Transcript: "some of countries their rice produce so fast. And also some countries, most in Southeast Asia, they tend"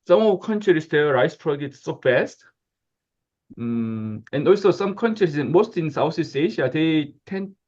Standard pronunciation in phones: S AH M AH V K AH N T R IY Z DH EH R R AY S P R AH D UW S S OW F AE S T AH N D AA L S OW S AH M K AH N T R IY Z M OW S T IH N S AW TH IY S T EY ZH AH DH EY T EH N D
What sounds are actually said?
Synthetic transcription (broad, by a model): S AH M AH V K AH N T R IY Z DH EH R R AY S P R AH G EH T S OW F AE S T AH N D AA L S OW S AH M K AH N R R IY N M OW S T IH N S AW S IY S EY SH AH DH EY T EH N